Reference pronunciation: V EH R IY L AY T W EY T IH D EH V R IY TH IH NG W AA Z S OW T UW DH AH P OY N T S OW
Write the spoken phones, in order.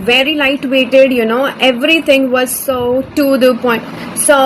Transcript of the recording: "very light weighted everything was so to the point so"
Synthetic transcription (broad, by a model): V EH R IY L AY T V EY T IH D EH V R IY T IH NG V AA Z S OW T UW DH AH P OY N T S OW